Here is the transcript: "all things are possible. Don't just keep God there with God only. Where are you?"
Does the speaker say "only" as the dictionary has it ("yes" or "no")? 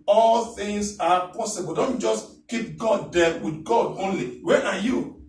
yes